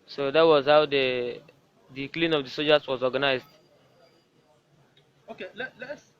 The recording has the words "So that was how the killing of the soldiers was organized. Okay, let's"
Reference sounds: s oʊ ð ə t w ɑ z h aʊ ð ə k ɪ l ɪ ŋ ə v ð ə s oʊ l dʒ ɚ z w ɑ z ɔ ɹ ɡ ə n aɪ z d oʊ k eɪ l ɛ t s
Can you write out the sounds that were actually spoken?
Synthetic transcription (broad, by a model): s oʊ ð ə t w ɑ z h aʊ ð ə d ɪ l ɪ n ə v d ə s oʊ dʒ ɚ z w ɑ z ɔ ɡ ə n aɪ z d oʊ k eɪ l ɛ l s